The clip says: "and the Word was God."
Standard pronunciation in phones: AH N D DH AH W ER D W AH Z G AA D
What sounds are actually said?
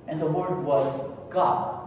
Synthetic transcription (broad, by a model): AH N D DH AH W ER D W AH Z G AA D